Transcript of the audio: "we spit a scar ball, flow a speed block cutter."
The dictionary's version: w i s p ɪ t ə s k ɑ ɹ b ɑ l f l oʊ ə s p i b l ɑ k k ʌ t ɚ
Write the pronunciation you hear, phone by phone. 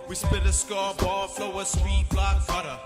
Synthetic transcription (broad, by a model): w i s b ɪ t ə s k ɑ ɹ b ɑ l f l oʊ ə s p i b l ɑ k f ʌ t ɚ